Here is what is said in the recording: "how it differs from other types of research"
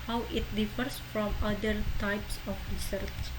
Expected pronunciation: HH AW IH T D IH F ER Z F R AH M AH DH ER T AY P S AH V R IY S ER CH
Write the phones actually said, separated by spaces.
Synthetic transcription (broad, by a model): HH AW IH T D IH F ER S F R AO M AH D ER T AY P S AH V R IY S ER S